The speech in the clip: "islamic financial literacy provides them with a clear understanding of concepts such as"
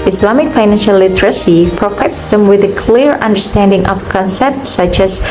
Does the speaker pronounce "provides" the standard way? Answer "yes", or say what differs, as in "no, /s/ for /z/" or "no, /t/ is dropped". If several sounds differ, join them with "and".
no, /f/ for /v/